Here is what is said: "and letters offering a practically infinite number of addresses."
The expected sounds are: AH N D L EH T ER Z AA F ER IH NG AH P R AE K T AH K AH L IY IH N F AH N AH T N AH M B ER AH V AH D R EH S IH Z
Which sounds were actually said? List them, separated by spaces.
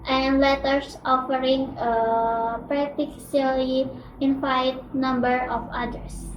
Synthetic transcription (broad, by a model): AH N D L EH T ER S AA F ER IH NG AH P R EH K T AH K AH L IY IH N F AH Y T N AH M B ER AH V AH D R S